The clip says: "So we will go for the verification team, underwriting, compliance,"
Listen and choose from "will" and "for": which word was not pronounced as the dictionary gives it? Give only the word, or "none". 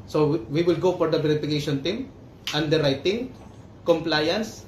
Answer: none